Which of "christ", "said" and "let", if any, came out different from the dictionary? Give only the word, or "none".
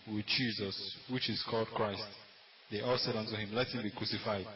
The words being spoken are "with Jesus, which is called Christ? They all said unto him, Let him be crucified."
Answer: none